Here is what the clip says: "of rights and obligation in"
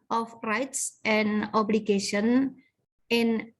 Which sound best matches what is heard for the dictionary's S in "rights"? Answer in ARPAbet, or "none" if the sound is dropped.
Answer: S